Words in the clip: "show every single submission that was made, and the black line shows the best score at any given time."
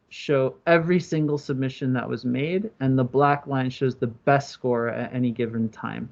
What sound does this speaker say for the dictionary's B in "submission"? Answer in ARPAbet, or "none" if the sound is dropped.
B